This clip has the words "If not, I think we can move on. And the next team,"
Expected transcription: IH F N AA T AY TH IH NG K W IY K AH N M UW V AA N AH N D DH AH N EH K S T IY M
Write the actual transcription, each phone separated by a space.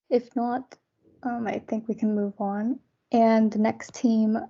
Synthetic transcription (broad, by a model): IH F N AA T AY TH IH NG K W IY K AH N M UW V N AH N DH AH N EH K S T IY M